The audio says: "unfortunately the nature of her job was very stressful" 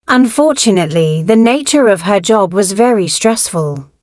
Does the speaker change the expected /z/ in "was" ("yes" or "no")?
no